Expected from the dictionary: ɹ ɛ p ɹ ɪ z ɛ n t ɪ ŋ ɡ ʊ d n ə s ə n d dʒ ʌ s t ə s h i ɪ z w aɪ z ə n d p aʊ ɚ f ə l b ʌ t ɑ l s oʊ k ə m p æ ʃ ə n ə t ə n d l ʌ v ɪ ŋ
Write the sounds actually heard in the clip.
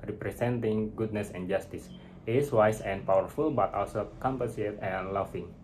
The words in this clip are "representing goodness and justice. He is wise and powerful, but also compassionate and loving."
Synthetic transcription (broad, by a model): ɹ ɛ p ɹ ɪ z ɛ n t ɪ ŋ ɡ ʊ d n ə s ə n dʒ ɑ s t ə s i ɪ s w aɪ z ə n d p aʊ ɚ f ə l b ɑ t ɑ l s oʊ k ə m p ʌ s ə ə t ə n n l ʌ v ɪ ŋ